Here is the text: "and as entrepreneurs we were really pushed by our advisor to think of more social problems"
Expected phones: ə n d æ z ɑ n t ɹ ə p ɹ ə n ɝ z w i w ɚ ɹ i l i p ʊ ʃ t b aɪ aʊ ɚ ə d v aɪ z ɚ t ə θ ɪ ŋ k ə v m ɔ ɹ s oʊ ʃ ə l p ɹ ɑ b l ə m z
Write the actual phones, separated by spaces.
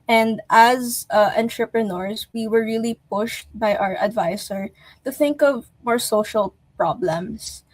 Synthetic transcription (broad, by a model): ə n d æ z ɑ n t ɹ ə p ɹ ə n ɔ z w i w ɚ ɹ i l i p ʊ ʃ t b aɪ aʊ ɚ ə d v aɪ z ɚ t ə θ ɪ ŋ k ə v m ɔ ɹ s oʊ ʃ ə l p ɹ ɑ b l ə m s